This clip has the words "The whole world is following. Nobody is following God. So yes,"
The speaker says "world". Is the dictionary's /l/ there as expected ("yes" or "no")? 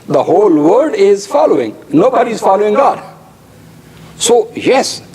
no